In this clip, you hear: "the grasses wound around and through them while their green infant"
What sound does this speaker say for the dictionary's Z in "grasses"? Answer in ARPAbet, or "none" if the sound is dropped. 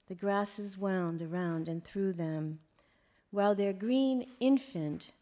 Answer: Z